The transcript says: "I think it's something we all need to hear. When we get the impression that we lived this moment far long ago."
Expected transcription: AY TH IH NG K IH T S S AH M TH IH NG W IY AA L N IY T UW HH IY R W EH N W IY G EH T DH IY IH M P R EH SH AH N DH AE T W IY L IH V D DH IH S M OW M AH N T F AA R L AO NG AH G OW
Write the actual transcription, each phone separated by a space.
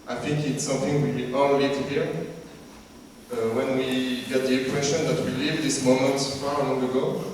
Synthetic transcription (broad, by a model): AY TH IH NG K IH T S S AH M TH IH NG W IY AA L L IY T UW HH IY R W EH N W IY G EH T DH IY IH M P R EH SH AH N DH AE T W IY L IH V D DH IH S M OW M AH N T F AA R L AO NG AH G OW